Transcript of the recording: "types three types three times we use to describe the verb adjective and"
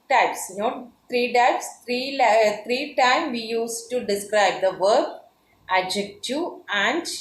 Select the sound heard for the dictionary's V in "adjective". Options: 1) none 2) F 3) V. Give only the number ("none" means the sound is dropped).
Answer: 1